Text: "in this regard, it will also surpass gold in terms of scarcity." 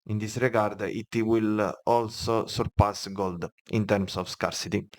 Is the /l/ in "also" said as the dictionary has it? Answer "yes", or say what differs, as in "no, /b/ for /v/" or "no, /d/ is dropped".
yes